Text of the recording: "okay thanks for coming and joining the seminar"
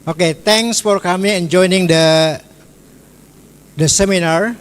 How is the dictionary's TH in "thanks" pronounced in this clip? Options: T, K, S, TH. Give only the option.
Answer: T